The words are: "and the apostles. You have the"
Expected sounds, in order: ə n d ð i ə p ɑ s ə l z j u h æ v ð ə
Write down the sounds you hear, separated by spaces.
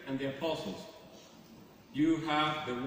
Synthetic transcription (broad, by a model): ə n ð i ə p ɑ s ə l z j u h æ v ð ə